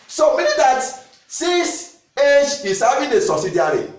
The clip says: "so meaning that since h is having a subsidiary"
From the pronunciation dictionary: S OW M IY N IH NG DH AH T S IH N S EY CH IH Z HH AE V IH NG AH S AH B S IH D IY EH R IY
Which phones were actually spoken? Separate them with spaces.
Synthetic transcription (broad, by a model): S OW M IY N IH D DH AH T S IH S EY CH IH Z HH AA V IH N AH S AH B S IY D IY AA R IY